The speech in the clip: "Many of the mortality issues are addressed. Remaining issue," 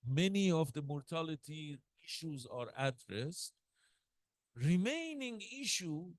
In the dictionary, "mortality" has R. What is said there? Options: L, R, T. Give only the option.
R